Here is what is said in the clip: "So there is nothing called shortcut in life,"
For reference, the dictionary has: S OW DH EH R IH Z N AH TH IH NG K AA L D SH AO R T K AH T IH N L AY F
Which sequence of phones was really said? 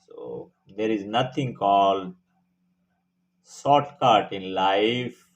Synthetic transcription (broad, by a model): S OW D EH R IH Z N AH T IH NG K AA L D S AO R T K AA T IH N L AY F